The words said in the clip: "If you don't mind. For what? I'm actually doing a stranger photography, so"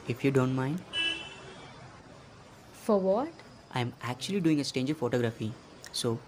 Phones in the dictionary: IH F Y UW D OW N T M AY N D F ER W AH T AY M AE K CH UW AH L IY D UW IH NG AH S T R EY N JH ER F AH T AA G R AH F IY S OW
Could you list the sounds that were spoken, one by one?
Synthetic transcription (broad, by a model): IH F Y UW D OW N T M AY N D F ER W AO T AY M AE K CH UW AH L IY D UW IH NG AH S T EY N JH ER F AH T AA G R AH F IY S OW